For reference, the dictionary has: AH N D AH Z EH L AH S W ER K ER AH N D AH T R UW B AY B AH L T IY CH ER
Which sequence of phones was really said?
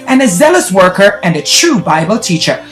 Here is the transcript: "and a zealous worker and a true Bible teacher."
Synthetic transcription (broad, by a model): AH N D AH Z EH L AH S W ER K ER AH N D AH T R UW B AY B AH L T IY CH ER